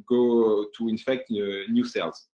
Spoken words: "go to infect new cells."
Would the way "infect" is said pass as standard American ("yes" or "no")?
yes